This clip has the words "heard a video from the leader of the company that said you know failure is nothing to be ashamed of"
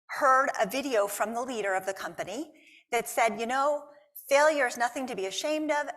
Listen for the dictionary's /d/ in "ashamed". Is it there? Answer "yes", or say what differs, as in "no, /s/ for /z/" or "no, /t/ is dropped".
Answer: yes